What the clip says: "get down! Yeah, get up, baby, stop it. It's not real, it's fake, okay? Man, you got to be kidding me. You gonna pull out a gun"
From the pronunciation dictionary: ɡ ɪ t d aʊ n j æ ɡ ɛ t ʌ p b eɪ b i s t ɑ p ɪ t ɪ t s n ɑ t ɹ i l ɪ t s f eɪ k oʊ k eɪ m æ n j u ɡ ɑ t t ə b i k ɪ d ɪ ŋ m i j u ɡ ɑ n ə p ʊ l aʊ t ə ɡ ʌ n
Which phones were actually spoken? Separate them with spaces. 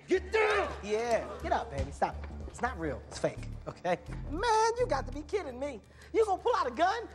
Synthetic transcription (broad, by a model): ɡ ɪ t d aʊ j æ ɡ ɛ t ʌ p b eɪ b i s t ɑ p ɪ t ɪ t s n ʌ t ɹ i l ɪ t s f eɪ k oʊ k eɪ m æ n j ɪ ɡ ɑ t t ə b i k ɪ d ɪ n m i j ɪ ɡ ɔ ə p ʊ l aʊ t ə ɡ ʌ n